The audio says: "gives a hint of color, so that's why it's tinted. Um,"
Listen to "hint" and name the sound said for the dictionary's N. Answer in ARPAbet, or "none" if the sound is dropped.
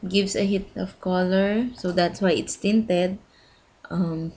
none